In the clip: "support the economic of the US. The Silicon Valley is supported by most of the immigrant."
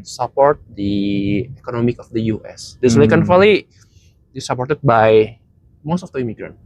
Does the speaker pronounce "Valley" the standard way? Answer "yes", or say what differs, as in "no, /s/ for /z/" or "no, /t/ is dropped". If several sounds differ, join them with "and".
no, /f/ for /v/